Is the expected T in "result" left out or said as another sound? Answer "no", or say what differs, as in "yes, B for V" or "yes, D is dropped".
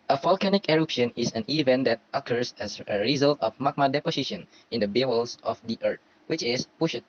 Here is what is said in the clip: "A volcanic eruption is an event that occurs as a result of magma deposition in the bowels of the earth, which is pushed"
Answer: no